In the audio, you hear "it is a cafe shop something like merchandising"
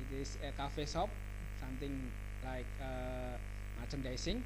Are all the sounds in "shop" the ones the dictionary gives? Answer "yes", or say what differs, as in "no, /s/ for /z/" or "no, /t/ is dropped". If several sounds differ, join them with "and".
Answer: no, /s/ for /ʃ/